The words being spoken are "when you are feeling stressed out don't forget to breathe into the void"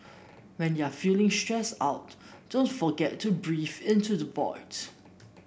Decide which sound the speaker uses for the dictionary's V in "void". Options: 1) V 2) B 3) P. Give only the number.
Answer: 2